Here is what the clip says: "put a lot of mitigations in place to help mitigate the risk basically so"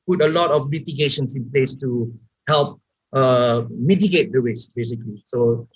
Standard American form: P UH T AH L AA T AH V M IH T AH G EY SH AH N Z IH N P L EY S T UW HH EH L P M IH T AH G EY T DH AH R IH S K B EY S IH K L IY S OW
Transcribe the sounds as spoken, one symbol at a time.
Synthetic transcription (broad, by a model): P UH T AH L AA T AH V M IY T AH G EY SH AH N S IH N P L EY S T UW HH EH L P M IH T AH G EY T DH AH W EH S B EY S IH K L IY S OW